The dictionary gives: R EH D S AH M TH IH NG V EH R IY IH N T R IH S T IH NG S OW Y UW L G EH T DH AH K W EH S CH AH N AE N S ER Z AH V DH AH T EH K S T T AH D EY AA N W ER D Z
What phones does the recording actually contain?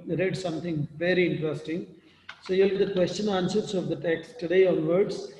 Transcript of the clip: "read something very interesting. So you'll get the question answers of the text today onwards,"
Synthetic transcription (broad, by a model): R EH D S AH M T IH NG V EH R IY IH N T R IH S T IH NG S OW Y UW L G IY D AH K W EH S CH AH N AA N S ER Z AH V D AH T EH K S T T AH D EY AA N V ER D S